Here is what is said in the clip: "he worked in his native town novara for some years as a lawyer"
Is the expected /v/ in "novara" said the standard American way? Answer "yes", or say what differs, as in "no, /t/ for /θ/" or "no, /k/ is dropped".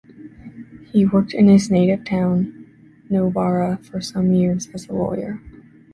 no, /b/ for /v/